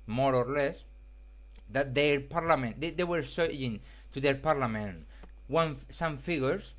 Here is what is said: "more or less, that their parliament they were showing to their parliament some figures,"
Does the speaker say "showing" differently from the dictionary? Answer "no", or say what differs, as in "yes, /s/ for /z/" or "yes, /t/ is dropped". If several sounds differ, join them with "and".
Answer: yes, /s/ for /ʃ/